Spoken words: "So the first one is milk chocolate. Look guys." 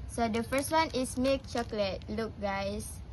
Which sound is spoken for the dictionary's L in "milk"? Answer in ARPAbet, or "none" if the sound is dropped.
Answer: none